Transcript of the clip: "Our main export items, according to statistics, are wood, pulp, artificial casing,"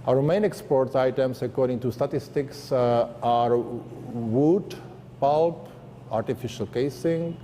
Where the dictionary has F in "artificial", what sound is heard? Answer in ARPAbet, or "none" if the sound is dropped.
F